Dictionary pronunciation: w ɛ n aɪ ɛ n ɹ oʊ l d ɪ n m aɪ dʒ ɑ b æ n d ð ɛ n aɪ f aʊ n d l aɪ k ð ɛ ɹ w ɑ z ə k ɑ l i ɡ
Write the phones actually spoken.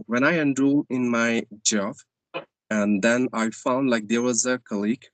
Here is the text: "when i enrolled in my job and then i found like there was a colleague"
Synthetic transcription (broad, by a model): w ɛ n aɪ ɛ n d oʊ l ɪ n m aɪ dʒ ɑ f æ n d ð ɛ n aɪ f aʊ n d l aɪ k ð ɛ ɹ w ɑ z ə k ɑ l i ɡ